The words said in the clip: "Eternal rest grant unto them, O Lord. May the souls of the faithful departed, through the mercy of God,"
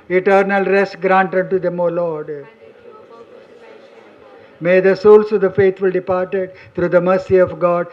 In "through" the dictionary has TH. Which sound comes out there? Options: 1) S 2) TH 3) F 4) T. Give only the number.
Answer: 4